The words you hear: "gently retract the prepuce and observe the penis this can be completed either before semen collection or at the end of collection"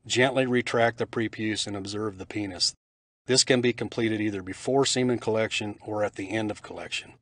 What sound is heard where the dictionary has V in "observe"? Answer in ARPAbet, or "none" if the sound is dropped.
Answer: V